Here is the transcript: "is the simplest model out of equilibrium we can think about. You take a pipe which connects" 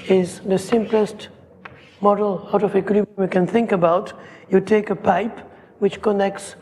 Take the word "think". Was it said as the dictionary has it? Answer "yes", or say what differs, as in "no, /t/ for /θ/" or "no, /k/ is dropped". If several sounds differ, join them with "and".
yes